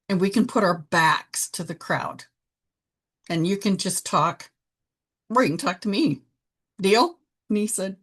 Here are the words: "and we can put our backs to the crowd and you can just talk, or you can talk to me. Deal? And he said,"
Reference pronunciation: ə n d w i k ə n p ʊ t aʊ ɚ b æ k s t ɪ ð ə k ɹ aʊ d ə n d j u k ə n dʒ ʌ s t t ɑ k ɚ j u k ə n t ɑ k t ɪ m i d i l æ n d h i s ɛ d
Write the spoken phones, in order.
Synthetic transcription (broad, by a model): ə n w i k ə n p ʊ t aʊ ɚ b æ k s t ɪ ð ə k ɹ aʊ d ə n j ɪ k ə n dʒ ʌ s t t ɑ k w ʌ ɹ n t ɑ k t ɪ m i d i l n i s ɛ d